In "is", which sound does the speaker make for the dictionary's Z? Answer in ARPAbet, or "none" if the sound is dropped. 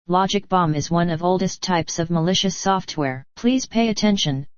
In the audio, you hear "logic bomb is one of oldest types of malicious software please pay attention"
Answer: Z